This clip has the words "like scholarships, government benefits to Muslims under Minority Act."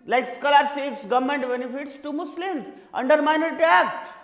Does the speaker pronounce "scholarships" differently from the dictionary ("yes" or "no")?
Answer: yes